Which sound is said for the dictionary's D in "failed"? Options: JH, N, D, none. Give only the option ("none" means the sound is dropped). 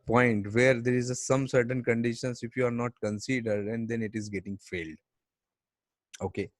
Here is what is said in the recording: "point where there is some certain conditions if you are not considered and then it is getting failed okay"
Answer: D